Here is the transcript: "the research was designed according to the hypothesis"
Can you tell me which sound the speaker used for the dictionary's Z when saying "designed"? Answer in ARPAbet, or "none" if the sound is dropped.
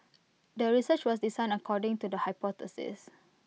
S